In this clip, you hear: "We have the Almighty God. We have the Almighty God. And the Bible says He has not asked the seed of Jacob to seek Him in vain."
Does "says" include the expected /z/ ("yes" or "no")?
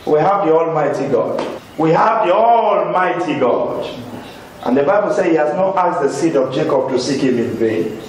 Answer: no